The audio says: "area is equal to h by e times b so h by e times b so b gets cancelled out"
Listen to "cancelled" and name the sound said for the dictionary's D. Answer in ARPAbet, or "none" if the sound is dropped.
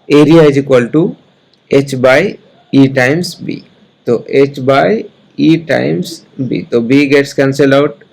none